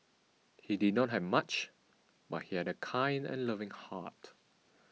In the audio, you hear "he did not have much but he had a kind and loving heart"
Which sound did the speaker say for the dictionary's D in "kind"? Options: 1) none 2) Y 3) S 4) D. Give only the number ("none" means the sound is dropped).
4